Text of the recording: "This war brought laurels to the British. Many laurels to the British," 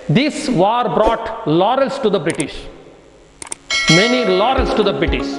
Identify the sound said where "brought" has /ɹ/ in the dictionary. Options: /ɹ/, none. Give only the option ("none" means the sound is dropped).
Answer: /ɹ/